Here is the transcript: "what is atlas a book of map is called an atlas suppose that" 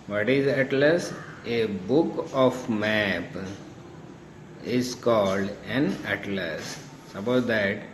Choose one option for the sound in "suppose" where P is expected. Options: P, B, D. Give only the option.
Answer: B